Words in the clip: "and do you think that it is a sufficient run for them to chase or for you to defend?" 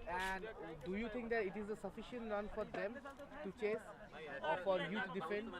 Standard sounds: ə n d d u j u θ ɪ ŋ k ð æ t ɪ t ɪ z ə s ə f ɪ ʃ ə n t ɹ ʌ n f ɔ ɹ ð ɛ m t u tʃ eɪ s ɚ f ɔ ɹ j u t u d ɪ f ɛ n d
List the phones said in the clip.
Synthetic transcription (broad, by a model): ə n d d u j u t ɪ ŋ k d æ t ɪ t ɪ z ə s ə f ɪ ʃ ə n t ɹ ʌ n f ɔ ɹ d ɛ m t u tʃ eɪ s f ɔ ɹ j u t u d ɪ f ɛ n d